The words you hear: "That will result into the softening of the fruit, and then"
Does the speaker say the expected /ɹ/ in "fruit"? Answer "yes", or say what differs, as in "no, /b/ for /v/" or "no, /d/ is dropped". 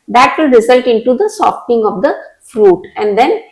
yes